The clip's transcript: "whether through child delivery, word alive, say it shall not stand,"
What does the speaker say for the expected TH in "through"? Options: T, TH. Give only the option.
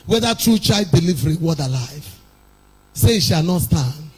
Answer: T